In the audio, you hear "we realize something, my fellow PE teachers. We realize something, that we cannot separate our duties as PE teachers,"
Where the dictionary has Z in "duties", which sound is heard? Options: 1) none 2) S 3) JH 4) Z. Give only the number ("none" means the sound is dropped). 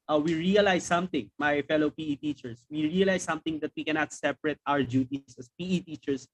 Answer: 2